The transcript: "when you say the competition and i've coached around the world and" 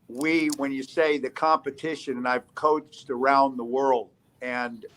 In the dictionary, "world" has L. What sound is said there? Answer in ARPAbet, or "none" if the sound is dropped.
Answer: L